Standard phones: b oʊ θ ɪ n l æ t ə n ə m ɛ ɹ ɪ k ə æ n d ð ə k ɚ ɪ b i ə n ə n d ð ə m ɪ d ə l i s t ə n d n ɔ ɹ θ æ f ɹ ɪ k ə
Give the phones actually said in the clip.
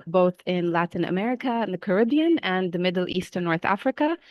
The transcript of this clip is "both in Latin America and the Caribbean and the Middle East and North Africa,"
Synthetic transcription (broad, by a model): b oʊ θ ɪ n l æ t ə n ə m ɛ ɹ ɪ k ə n ð ə k ɚ ɪ b i ə n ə n ð ə m ɪ d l i s t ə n n ɔ ɹ θ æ f ɹ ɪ k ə